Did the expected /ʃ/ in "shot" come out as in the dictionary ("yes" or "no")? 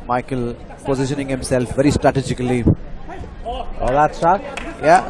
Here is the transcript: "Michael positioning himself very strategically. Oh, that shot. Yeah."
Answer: no